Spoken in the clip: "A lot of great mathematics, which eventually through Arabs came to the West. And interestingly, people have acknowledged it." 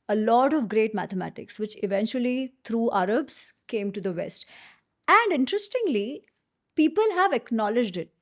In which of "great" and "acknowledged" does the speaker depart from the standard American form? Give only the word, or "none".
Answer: none